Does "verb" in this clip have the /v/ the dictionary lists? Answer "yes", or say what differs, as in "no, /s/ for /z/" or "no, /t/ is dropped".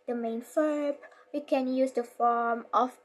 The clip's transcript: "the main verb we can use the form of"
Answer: no, /f/ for /v/